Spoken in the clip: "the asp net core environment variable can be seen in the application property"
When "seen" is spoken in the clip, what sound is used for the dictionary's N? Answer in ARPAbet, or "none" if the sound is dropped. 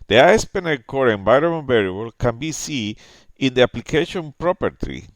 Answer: none